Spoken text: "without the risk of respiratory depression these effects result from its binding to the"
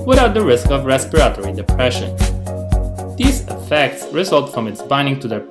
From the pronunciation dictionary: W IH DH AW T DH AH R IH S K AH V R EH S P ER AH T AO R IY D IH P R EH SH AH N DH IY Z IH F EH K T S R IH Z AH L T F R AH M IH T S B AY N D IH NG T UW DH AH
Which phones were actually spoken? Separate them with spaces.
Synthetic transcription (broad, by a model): W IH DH AW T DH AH R IH S K AH V R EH S P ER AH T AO R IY D IH P R EH SH AH N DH IY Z IH F EH K T S R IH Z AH L T F R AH M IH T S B AY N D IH NG T UW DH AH